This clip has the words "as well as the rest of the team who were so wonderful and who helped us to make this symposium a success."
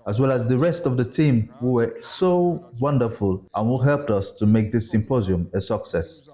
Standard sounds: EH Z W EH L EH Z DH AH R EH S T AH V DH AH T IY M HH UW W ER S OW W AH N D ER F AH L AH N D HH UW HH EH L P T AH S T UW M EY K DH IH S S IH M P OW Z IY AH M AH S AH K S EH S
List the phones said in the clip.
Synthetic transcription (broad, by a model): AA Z W EH L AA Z DH AH R EH S T AH V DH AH T IY M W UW W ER S OW W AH N D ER F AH L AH N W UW HH EH L P T AH S T UW M EY K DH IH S S IH M P OW Z IY AH M AH S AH K S EH S